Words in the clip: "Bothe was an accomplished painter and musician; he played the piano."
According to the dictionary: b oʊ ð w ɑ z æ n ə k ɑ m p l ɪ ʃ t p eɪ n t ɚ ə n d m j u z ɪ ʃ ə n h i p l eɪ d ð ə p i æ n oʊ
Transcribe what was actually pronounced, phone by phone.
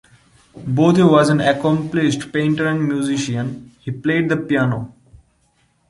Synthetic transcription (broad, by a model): b oʊ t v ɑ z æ n ə k ɑ m p l ɪ ʃ t p eɪ n t ɚ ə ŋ m j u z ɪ ʃ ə n h i p l eɪ d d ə p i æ n oʊ